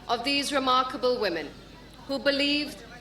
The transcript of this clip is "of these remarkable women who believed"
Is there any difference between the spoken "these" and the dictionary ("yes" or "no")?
no